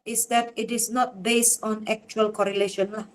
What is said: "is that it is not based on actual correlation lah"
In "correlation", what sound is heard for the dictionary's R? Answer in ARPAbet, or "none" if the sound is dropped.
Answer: R